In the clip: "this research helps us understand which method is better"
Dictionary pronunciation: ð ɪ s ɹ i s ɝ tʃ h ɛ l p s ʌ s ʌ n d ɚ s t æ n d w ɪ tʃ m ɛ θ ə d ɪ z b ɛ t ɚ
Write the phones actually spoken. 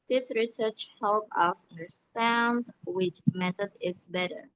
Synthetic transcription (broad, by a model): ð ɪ s ɹ i s ɝ tʃ h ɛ l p ʌ s ʌ n d ɚ s t æ n d w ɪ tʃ m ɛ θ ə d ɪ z b ɛ t ɚ